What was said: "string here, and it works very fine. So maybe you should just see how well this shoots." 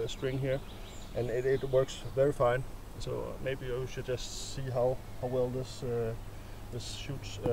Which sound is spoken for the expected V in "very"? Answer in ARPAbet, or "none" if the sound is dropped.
V